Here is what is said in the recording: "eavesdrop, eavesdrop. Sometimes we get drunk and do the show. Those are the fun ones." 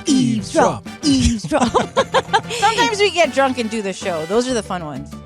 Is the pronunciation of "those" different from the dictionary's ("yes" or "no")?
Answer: no